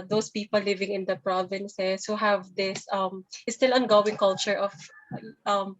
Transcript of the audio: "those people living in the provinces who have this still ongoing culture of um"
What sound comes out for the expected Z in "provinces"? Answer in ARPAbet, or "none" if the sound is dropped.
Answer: S